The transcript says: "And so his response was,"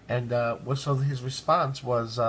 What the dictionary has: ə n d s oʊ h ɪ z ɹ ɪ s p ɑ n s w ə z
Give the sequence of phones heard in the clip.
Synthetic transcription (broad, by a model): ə n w s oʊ h ɪ z ɹ ɪ s p ɑ n s w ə z